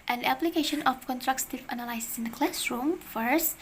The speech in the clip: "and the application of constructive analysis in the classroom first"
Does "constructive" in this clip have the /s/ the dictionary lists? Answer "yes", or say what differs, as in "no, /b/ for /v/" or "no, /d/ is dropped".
no, /s/ is dropped